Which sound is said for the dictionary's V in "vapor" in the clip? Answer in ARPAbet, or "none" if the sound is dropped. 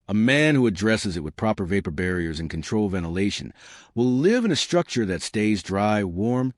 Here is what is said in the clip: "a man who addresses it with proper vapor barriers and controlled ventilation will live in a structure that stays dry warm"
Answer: V